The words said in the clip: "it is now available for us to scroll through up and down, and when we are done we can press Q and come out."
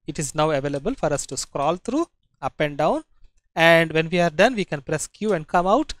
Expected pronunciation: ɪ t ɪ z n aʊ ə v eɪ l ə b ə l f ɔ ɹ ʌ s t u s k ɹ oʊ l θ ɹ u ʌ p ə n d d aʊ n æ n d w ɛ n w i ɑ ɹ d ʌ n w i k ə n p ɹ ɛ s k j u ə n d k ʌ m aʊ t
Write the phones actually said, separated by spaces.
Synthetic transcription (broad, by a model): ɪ t ɪ z n aʊ ə v eɪ l ə b ə l f ɔ ɹ ʌ s t u s k ɹ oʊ l t ɹ u ʌ p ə n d d aʊ n æ n d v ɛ n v i ɑ ɹ d ʌ n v i k ə n p ɹ ɛ s k j u ə n d k ʌ m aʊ t